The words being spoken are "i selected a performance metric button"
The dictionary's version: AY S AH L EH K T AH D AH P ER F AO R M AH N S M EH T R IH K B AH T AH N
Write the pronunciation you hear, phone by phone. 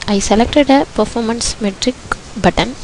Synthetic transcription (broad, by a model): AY S AH L EH K T AH D AH P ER F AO R M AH N S M EH T R IH K B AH T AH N